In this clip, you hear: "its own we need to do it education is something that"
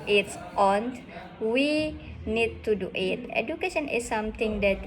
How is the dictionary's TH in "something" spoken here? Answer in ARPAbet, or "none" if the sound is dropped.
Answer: T